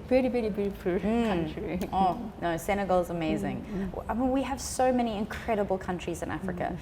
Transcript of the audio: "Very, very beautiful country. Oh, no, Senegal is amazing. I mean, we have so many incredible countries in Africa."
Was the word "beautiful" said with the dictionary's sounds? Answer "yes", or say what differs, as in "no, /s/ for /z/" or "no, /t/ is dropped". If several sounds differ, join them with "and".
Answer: no, /p/ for /f/